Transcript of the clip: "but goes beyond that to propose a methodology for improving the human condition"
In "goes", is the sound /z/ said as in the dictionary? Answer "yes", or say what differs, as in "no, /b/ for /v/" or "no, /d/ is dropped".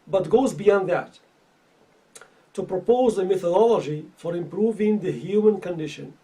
yes